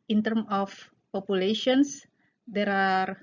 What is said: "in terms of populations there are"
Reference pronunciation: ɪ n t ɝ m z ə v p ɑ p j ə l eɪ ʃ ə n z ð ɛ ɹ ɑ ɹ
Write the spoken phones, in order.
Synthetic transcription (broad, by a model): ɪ n t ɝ m ə f p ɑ p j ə l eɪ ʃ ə n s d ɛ ɹ ɑ ɹ